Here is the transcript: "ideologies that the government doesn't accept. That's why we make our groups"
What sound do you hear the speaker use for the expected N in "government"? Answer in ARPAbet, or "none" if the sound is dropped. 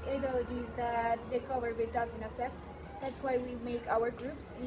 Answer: none